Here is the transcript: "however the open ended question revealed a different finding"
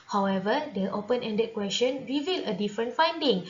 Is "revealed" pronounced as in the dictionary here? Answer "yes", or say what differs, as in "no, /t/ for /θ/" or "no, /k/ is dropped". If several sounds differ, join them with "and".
no, /d/ is dropped